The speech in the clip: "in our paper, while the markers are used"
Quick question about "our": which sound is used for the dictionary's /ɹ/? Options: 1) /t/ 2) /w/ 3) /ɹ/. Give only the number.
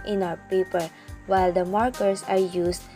2